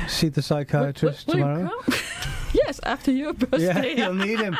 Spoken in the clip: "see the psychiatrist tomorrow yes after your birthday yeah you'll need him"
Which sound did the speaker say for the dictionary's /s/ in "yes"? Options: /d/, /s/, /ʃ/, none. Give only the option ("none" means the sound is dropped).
/s/